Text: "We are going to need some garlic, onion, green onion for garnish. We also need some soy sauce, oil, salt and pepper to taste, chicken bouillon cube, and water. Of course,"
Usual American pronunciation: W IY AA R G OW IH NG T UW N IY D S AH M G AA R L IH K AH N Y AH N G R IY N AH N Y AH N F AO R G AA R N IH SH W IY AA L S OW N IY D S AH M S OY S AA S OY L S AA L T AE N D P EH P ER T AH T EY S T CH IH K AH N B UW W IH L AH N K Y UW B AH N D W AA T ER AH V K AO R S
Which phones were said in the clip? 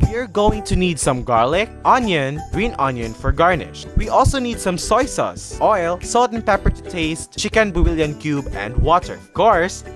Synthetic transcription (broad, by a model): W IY R G OW IH NG T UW N IY D S AH M G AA R L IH K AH N Y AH N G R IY N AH N Y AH N F AO R G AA R N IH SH W IY AA L S OW N IY D S AH M S OY S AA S OY L S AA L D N P EH P ER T T EY S T CH IH K AH N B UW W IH L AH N K Y UW B AH N D W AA T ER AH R K AO R S